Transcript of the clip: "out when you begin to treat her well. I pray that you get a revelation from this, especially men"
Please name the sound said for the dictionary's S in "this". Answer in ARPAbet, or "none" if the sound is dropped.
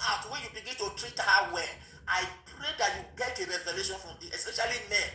none